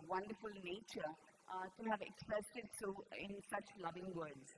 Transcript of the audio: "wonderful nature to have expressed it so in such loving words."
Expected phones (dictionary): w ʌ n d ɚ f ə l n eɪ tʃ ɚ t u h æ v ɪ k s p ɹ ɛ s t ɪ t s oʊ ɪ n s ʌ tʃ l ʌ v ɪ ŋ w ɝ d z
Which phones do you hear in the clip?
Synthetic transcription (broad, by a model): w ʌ n d ɚ f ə l n eɪ tʃ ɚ t u h æ v ɪ k s p ɹ ɛ s t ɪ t s oʊ ɪ n s ʌ tʃ l ʌ v ɪ ŋ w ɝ d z